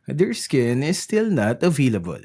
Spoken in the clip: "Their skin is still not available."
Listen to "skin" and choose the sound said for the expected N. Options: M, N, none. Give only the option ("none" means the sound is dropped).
N